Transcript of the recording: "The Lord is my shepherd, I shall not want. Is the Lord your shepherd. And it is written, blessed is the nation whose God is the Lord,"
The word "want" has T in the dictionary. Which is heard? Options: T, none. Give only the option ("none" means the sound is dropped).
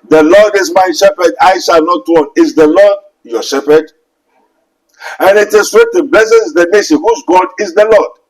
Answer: none